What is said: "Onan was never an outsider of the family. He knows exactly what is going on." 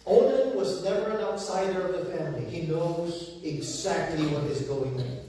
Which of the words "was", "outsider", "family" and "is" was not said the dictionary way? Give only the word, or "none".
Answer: none